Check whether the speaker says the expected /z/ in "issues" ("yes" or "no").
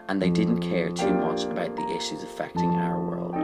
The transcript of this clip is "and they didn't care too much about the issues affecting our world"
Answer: yes